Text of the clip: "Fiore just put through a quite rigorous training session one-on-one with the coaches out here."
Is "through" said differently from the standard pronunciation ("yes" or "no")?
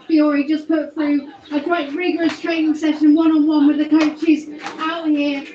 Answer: no